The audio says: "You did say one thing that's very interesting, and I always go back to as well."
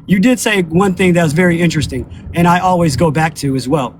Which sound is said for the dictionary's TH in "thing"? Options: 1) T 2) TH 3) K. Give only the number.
2